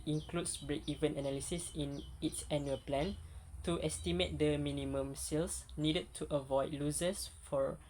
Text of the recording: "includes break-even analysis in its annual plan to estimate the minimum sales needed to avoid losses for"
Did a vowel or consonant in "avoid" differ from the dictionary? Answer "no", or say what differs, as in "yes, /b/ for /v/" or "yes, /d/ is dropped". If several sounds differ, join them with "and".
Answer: no